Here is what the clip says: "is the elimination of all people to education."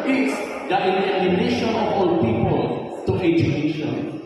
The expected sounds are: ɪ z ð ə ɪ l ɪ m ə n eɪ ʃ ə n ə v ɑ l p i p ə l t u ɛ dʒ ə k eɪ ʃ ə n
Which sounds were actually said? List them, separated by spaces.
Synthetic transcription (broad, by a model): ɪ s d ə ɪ n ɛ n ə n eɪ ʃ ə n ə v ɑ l p i p ə l t u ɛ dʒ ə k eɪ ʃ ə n